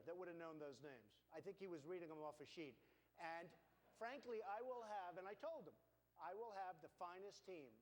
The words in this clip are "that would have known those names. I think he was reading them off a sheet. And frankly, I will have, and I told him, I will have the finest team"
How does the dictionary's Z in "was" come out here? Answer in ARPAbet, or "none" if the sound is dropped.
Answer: Z